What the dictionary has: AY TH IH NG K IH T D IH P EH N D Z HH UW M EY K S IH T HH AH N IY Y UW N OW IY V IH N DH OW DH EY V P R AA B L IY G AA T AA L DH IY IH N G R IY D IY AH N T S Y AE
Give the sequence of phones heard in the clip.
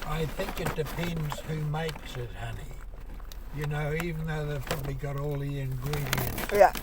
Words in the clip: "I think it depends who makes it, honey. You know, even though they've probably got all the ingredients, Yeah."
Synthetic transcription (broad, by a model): AY TH IH NG K IH T D IH P EH N D Z HH UW M EY K S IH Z HH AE N IY Y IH N OW IY V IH N DH OW DH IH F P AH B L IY G AA T AA L DH IY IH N G R IY D IY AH N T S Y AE